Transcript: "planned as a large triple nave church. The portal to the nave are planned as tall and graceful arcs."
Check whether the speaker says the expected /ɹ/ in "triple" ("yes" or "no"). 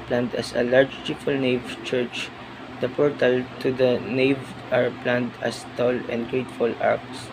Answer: no